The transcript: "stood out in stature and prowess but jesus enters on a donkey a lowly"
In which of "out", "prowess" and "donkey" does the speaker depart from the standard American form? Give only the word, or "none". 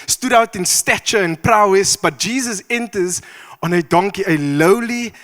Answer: none